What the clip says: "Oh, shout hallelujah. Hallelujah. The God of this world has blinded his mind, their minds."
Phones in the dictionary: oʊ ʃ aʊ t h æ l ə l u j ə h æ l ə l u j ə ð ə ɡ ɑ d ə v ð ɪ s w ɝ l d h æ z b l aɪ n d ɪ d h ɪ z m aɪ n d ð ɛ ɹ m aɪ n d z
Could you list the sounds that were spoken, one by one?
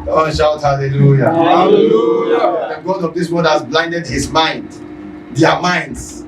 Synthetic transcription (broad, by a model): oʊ ʃ aʊ t h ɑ l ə l u j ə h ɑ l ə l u j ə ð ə ɡ ɑ d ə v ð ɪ s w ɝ d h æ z b l aɪ n d ɪ d h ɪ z m aɪ n d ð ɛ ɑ m aɪ n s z